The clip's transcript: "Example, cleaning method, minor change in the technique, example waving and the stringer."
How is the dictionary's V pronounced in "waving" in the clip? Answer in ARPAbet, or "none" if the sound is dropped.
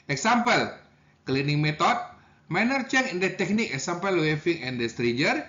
F